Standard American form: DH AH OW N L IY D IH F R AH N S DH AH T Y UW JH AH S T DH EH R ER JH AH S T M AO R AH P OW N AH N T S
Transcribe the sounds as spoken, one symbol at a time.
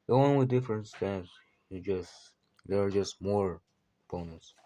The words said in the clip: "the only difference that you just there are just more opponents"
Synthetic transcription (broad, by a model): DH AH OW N W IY D IH F R AH N S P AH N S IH JH AH S T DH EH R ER JH AH S T M AO R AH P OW N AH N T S